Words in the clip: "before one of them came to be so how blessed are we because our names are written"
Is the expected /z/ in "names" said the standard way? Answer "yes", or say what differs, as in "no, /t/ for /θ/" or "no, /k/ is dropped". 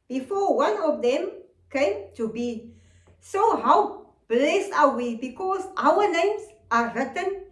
no, /s/ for /z/